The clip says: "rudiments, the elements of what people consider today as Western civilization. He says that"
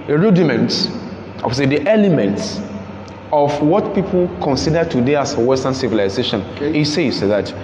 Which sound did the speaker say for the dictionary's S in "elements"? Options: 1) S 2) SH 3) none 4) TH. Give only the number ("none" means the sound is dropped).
1